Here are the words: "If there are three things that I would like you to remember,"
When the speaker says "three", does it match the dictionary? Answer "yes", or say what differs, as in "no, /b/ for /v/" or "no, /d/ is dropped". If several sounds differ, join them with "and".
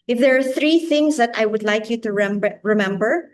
yes